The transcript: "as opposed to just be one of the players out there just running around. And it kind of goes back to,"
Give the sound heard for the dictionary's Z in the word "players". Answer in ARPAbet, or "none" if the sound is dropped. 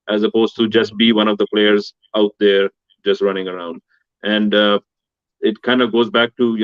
Z